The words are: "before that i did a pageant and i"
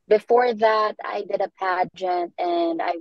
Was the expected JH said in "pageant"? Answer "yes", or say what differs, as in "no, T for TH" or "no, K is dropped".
yes